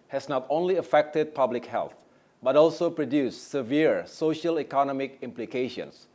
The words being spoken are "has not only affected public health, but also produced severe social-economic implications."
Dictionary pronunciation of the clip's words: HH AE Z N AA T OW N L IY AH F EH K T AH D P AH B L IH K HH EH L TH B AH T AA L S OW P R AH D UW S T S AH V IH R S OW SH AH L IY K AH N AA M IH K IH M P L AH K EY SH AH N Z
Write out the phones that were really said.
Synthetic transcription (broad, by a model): HH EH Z N AA T OW N L IY AH F EH K T AH D P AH B L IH K HH EH L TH B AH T AA L S OW P R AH D UW S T S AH V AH R S OW SH AH L IY K AH N AA M IH K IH M P L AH K EY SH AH N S